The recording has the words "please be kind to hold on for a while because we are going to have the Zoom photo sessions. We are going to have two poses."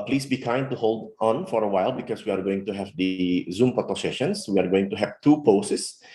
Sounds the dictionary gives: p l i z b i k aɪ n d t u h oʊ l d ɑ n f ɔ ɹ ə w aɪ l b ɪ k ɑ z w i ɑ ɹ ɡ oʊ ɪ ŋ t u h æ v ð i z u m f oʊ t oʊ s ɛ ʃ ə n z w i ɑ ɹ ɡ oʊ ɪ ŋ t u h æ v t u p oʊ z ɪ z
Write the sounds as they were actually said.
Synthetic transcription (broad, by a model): p l i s b i k aɪ n d t u h oʊ l d ɑ n f ɔ ɹ ə w aɪ l b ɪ k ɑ s w i ɑ ɹ ɡ oʊ ɪ ŋ t u h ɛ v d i z u m p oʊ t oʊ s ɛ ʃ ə n s w i ɑ ɹ ɡ oʊ ɪ ŋ t u h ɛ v t u p oʊ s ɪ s